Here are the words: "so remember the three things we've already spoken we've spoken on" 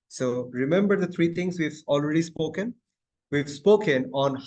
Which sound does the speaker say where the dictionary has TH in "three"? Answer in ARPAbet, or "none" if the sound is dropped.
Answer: T